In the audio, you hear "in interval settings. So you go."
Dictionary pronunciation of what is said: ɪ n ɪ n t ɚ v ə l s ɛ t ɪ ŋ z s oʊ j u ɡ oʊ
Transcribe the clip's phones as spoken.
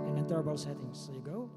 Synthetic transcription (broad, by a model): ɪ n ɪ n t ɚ b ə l s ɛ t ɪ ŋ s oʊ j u ɡ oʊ